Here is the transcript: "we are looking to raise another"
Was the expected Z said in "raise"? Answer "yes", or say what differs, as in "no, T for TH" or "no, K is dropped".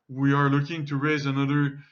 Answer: yes